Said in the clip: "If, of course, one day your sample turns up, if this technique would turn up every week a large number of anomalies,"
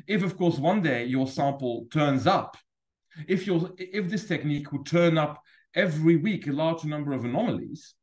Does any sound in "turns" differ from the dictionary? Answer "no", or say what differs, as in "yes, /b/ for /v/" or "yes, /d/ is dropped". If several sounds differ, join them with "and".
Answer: no